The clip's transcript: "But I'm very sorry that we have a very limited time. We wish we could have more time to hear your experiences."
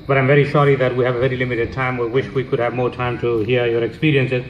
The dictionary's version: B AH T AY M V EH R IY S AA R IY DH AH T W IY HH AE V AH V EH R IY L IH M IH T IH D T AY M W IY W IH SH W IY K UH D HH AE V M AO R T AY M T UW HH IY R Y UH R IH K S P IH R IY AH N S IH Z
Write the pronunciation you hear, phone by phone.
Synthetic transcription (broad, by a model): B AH T AY M V EH R IY SH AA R IY DH AH T W IY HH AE V AH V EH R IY L IH M IH T IH D T AY M W IY W IH SH W IY K UH D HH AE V M AO R T AY M T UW HH IY R Y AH R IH K S P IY R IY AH N S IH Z